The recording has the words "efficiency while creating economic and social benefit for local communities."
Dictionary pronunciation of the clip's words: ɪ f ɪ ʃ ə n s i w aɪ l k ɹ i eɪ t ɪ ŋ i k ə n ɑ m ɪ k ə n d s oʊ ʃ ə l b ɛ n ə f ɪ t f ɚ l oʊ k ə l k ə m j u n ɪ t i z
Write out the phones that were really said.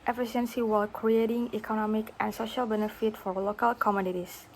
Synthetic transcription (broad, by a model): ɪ f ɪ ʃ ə n s i w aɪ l k ɹ i eɪ t ɪ ŋ i k ə n ɑ m ɪ k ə n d s oʊ ʃ ə l b ɛ n ə f ɪ t f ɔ l oʊ k ə l k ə m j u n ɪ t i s